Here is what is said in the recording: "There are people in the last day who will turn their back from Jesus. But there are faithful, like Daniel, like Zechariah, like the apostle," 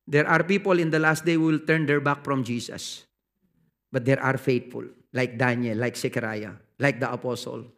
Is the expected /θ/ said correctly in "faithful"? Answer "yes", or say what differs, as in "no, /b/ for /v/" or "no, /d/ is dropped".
no, /t/ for /θ/